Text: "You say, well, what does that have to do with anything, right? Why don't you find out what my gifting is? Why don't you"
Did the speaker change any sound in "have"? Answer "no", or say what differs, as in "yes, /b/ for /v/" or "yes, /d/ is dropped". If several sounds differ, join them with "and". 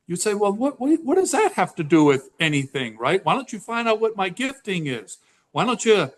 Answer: yes, /f/ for /v/